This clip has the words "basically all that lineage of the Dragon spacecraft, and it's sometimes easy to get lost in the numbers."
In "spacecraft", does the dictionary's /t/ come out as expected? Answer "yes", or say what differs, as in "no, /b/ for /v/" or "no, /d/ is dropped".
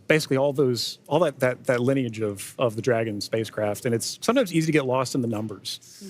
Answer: yes